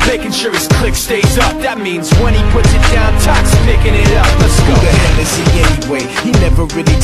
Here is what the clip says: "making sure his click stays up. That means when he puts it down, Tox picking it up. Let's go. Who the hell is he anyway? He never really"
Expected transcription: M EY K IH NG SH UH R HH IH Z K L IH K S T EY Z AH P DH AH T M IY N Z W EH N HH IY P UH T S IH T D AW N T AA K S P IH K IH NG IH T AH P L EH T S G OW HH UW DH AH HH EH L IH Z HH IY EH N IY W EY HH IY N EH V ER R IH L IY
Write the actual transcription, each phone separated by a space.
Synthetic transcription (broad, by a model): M EY K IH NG SH UH R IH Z K L IH K S T EY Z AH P DH AH T M IY N Z W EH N IY P UH T S IH T D AW N T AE K S P IH K IH NG IH T AH P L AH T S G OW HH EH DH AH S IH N EH N IY W EY HH IY N EH V ER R IH L IY